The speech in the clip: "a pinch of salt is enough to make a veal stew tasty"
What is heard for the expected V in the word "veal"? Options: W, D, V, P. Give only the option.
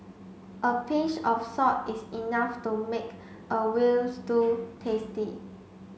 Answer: W